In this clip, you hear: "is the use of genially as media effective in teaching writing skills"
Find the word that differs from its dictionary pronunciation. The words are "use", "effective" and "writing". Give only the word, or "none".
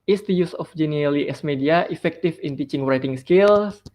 effective